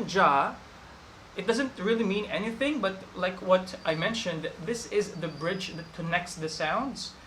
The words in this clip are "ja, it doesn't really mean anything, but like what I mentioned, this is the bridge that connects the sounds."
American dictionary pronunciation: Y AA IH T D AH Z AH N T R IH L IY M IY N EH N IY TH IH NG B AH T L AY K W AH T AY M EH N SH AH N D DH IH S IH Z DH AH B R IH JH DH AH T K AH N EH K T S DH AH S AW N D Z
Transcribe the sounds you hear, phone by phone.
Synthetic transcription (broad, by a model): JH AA IH T D AH Z AH N T R IH L IY M IY N EH N IY TH IH NG B AH T L AY K W AH T AY M EH N SH AH N D DH IH S IH Z DH AH B R IH JH DH AH T K AH N EH K T S DH AH S AW N D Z